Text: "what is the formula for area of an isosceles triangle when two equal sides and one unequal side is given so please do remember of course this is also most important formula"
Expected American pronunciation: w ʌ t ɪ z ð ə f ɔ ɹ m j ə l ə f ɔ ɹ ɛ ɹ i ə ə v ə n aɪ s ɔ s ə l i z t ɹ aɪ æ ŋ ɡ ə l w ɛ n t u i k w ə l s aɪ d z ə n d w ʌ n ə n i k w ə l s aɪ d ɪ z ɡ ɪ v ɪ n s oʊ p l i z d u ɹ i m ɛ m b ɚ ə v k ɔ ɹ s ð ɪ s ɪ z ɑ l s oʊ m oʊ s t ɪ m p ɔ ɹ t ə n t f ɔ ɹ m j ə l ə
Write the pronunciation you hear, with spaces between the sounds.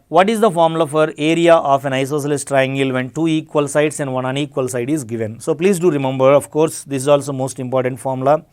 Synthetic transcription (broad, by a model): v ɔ t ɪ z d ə f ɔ ɹ m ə l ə f ɔ ɹ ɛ ɹ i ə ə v ə n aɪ s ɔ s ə l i s t ɹ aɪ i ŋ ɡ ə l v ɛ n t u i k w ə l s aɪ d s ə n d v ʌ n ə n i k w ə l s aɪ d ɪ z ɡ ɪ v ɪ n s oʊ p l i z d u ɹ i m ɛ m b ɚ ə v k ɔ ɹ s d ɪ s ɪ z ɑ l s oʊ m oʊ s t ɪ m p ɔ ɹ t ə n t f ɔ ɹ m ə l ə